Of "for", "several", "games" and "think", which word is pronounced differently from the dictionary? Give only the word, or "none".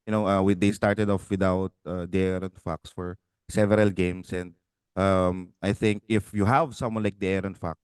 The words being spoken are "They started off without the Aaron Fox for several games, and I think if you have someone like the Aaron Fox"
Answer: games